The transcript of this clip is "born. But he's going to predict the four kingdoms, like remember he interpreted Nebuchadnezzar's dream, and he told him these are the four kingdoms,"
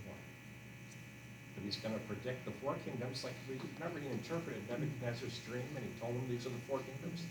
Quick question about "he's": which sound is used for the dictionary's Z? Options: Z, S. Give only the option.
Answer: Z